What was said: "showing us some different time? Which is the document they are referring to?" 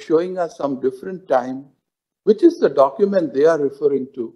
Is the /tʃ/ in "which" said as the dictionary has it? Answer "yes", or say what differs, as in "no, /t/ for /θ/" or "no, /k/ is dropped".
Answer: yes